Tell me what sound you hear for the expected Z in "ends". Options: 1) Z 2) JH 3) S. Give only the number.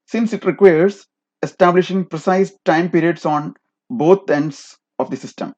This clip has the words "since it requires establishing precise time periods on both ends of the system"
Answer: 3